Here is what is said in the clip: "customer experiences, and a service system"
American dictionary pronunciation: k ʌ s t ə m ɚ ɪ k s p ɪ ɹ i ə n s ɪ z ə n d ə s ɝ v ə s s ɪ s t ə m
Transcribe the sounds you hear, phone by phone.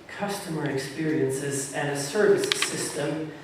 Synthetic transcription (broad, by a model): k ʌ s t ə m ɚ ɪ k s p ɪ ɹ i ə n s ɪ z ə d ə s ɝ v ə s s ɪ s t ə m